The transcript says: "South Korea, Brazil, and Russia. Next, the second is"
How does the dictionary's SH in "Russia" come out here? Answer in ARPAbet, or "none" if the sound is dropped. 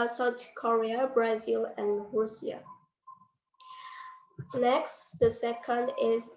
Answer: S